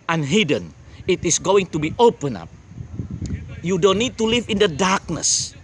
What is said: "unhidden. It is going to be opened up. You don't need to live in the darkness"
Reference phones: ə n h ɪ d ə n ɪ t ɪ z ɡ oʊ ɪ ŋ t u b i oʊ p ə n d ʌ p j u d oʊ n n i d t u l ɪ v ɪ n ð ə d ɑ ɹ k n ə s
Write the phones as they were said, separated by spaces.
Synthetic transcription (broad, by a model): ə n h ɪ d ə n ɪ t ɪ s ɡ oʊ ɪ ŋ t u b i oʊ p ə n ʌ p j u d oʊ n n i d t u l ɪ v ɪ n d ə d ɑ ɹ k n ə s